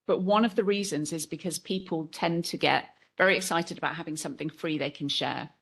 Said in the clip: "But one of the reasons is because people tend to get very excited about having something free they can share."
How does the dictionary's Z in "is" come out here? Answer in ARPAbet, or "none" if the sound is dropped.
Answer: Z